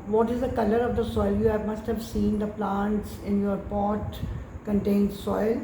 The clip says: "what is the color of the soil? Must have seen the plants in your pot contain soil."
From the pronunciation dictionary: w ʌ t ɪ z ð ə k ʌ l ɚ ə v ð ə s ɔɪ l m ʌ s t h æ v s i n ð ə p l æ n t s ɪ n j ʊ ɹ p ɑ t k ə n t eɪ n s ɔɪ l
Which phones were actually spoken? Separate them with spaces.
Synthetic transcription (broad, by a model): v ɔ t ɪ z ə k ʌ l ɚ ə v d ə s ɔɪ l m ʌ s t h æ v s i n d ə p l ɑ n t s ɪ n j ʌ ɹ p ɑ t k ə n t eɪ n s ɔɪ l